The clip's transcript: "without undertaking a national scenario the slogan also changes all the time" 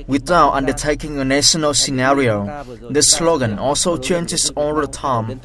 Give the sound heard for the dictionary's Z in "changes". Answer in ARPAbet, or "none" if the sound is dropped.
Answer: S